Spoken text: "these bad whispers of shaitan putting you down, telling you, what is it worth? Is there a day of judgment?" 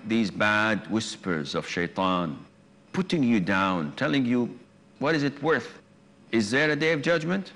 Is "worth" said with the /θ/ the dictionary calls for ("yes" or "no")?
yes